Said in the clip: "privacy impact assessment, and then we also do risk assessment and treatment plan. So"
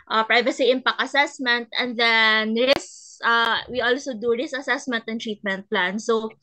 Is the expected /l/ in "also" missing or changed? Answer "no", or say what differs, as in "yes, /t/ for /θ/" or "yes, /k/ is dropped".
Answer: no